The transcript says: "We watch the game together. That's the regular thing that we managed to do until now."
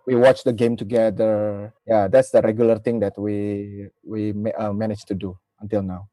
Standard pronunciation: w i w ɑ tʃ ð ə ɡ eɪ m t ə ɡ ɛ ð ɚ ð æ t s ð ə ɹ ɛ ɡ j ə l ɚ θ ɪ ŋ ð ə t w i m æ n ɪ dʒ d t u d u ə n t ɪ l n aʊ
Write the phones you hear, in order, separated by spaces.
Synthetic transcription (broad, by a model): w i w ɑ tʃ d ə ɡ eɪ m t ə ɡ ɛ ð ɚ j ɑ t s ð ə ɹ ɛ ɡ j ə l ɚ t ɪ ŋ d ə t w i m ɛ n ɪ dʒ t u d u ə n t ɪ l n aʊ